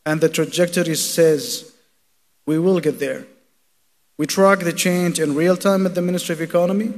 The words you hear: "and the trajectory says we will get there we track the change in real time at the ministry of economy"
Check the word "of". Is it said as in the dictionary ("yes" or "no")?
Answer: yes